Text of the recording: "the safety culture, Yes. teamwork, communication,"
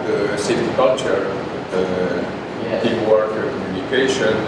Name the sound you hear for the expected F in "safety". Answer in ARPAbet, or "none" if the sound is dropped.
none